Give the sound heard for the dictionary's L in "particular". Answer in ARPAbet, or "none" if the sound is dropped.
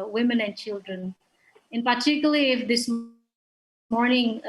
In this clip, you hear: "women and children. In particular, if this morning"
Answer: none